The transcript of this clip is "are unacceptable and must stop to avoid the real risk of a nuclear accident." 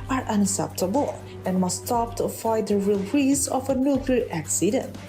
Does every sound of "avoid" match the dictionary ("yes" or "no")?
no